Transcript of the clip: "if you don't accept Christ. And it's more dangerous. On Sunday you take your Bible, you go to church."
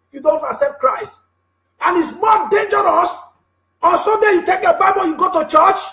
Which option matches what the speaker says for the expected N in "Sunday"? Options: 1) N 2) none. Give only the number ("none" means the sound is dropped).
2